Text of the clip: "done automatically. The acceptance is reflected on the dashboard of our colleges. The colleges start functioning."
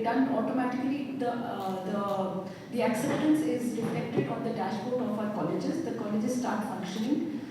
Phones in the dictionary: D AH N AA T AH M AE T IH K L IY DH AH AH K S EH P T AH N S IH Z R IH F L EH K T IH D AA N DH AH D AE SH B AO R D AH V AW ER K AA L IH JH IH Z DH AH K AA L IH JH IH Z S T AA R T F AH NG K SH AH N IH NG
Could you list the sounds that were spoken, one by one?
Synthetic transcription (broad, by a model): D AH N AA T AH M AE T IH K L IY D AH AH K S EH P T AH N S IH Z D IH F EH K T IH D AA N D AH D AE SH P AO R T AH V AW ER K AA L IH JH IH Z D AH K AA L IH JH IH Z S T AA R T F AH NG K SH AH N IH NG